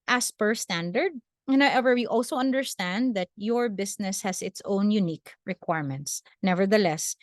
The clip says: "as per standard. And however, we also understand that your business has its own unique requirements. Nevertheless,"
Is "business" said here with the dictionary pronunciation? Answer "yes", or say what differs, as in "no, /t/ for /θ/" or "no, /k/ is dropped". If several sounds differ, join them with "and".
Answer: no, /s/ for /z/